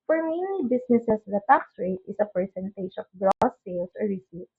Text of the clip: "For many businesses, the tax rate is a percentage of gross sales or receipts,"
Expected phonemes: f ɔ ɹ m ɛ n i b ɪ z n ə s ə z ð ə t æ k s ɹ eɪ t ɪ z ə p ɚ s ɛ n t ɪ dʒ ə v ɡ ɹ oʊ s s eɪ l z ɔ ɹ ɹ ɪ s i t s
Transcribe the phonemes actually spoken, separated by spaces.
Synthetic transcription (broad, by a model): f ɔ ɹ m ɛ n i b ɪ s n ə s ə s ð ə t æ k s ɹ eɪ t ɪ s ə p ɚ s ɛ n t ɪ ʃ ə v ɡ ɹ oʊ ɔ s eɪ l s ɔ ɹ ɹ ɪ s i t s